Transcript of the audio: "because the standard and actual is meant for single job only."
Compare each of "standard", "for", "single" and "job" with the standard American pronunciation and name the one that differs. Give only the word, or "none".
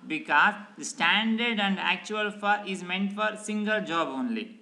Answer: none